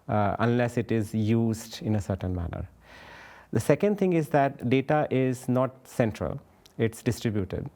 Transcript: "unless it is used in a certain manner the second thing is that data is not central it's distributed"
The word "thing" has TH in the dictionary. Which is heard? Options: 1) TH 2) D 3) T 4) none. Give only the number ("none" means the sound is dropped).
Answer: 3